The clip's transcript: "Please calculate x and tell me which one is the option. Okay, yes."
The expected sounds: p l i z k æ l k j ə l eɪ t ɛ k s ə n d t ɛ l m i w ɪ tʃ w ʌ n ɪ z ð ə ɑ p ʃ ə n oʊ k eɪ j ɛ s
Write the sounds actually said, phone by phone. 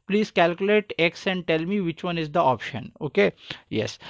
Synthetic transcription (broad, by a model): p l i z k æ l k j ə l eɪ t ɛ k s ə n d t ɛ l m i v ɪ tʃ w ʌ n ɪ z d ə ɑ p ʃ ə n oʊ k eɪ j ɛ s